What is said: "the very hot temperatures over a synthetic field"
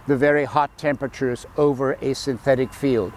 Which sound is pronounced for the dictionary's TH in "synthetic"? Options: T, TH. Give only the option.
TH